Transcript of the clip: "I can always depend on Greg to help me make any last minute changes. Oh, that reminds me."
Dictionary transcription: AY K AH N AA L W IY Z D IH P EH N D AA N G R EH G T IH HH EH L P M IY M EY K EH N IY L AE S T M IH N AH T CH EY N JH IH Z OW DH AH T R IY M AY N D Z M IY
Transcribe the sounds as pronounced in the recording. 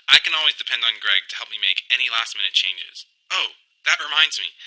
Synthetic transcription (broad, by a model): AY K AH N AA L W IY Z D IH P EH N D N G R EH G T IH HH EH L P M IY M EY K EH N IY L AE S T M IH N AH T CH EY N JH IH Z OW DH AH T R IY M AY N D Z M IY